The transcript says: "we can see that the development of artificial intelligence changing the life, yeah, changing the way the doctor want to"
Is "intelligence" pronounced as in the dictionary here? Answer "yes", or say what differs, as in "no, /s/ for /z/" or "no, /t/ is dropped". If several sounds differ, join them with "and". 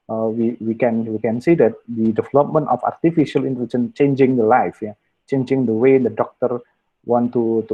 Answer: no, /s/ is dropped